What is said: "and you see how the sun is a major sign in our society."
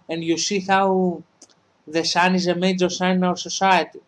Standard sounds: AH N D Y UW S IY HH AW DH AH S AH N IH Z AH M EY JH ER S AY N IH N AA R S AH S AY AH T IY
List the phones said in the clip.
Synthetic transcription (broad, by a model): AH N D Y UW S IY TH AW DH AH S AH N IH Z AH M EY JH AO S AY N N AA W S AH S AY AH T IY